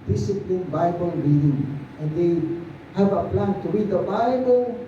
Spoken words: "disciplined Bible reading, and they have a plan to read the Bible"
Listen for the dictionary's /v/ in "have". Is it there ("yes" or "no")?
no